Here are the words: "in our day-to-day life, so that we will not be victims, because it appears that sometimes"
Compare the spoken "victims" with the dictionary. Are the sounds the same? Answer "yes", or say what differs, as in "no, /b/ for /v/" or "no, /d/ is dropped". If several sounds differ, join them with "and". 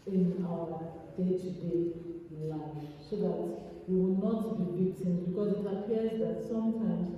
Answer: no, /b/ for /v/